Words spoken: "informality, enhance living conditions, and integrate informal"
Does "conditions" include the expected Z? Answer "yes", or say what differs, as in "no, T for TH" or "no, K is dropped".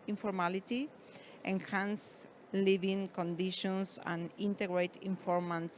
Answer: no, S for Z